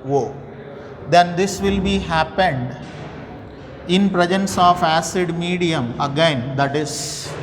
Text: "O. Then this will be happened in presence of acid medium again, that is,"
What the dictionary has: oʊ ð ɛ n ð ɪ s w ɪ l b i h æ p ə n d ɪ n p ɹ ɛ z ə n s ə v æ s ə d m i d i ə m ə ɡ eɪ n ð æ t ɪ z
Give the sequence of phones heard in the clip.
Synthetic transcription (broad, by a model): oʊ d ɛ n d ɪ s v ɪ l b i h æ p ə n d ɪ n p ɹ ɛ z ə n s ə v æ s ə d m i d i ə m ə ɡ eɪ n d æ t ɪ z